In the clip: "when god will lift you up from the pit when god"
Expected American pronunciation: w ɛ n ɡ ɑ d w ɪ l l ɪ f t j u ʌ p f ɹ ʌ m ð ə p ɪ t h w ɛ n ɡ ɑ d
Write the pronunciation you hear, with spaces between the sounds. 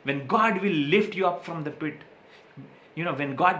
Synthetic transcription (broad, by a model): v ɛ n ɡ ɑ d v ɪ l l ɪ f t j u ʌ p f ɹ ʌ m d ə p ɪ t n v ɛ n ɡ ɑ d